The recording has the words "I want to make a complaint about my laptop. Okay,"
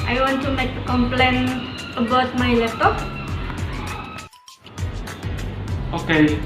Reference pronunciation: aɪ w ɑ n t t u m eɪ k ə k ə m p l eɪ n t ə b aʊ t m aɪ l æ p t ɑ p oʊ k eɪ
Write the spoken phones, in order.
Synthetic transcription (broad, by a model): aɪ w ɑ n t t u m eɪ k ə k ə m p l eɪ n ə b aʊ t m aɪ l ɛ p t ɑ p oʊ k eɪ